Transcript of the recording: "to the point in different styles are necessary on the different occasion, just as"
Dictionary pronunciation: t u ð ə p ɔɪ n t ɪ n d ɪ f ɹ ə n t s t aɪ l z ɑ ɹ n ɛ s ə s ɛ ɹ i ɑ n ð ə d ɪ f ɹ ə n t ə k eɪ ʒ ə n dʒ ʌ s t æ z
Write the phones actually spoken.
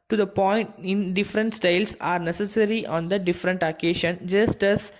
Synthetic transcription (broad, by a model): t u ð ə p ɔɪ n t ɪ n d ɪ f ɹ ə n t s t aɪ l s ɑ ɹ n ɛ s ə s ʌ ɹ i ɑ n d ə d ɪ f ɹ ə n t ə k eɪ ʃ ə n dʒ ʌ s t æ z